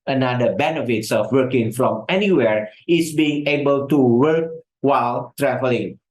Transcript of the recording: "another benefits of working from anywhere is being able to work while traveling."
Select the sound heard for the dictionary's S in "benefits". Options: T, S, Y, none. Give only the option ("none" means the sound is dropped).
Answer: S